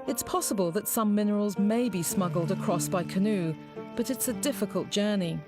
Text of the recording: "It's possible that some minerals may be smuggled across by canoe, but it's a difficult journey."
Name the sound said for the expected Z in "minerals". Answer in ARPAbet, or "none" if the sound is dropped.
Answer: Z